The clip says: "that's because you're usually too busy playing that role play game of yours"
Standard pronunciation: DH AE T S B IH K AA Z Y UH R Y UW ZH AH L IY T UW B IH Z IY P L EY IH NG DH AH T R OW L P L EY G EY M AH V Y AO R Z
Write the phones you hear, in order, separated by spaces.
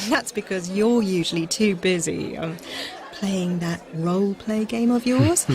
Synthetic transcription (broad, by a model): DH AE T S B IH K AA Z Y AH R Y UW ZH AH L IY T UW B IH Z IY P L EY IH NG DH AH T R OW L P L EY G EY M AH V Y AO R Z